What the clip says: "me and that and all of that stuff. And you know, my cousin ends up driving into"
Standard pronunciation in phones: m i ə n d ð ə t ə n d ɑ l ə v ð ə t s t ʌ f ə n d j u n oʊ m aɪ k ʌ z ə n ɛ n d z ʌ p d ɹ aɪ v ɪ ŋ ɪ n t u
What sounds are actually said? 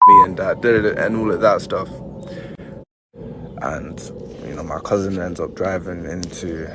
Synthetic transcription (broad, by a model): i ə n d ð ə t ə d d ɑ l ə v ð ə t s t ʌ f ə n j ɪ n oʊ m aɪ k ʌ z ə n ɛ n d z ʌ p d ɹ aɪ v ɪ ŋ ɪ n t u